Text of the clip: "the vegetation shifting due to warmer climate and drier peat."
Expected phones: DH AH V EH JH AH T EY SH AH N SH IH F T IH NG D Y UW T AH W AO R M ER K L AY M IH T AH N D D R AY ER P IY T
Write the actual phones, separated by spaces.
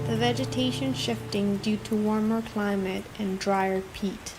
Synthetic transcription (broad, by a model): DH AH V EH JH AH T EY SH AH N SH IH F T IH NG D Y UW T AH W AO R M ER K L AY M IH T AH N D D R AY ER P IY T